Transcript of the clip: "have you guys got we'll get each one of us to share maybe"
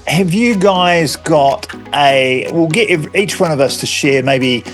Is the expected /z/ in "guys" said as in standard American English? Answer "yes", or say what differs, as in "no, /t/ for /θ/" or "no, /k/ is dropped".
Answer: yes